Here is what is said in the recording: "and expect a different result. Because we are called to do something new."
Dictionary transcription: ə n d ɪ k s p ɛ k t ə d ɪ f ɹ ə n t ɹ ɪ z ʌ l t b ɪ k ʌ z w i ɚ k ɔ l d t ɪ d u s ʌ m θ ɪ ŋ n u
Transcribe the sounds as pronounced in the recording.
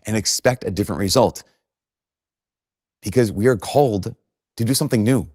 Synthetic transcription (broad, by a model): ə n ɪ k s p ɛ k t ə d ɪ f ɹ ə n t ɹ ɪ z ʌ l t b ɪ k ʌ z w i ɚ k ɔ l d t ɪ d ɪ s ʌ m θ ɪ ŋ n u